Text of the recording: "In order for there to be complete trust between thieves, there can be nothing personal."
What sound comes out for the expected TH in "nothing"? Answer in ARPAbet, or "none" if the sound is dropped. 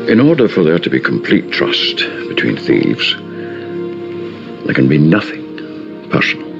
TH